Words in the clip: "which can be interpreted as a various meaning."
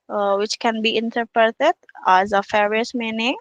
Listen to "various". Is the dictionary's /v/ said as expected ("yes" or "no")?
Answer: no